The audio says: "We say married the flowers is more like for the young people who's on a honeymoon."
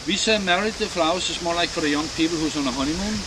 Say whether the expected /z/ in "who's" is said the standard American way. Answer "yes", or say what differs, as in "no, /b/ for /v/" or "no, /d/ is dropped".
no, /s/ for /z/